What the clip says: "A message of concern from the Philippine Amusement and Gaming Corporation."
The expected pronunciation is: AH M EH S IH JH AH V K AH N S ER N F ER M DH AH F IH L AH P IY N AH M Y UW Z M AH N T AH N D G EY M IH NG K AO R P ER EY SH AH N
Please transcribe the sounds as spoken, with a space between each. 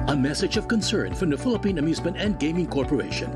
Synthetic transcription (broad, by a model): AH M EH S IH JH AH V K AH N S ER N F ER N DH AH F IH L AH P IY N AH M Y UW Z M AH N T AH N G EY M IH NG K AO R P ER EY SH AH N